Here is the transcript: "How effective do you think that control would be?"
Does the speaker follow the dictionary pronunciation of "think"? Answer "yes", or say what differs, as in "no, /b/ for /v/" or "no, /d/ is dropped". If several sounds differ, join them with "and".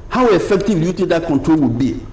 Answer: no, /t/ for /θ/